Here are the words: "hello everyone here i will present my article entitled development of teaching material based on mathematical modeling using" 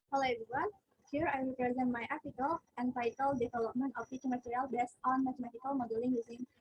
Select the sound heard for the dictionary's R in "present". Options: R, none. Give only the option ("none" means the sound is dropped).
R